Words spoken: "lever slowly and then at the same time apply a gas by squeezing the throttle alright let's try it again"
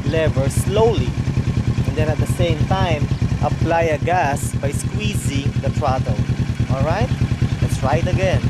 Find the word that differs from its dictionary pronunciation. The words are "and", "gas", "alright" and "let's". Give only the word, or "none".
none